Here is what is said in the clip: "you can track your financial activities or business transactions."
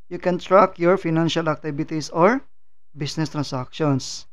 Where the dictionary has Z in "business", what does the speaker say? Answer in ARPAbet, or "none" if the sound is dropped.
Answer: S